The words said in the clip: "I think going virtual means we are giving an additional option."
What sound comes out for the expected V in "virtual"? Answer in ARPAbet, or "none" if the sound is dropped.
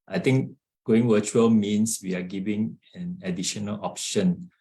W